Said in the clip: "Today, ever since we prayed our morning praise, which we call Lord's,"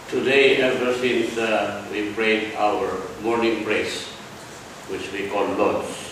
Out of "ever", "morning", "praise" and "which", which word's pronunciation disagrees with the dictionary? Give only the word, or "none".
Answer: praise